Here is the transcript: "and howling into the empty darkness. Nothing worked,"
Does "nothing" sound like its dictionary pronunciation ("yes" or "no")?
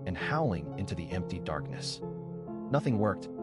yes